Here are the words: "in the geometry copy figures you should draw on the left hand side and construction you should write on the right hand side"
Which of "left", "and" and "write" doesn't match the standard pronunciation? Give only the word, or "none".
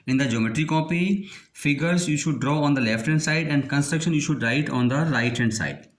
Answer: none